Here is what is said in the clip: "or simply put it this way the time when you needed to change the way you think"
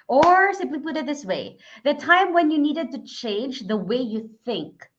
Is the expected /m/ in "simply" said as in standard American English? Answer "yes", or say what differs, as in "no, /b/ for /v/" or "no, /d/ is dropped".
no, /m/ is dropped